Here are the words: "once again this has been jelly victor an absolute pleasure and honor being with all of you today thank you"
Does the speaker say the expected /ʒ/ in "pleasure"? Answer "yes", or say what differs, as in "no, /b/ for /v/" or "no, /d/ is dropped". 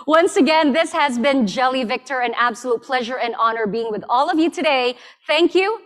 yes